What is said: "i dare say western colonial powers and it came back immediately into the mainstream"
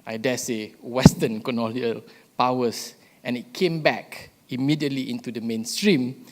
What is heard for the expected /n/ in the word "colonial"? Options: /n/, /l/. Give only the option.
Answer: /l/